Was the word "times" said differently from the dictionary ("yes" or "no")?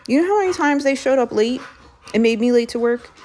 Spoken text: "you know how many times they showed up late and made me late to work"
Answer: no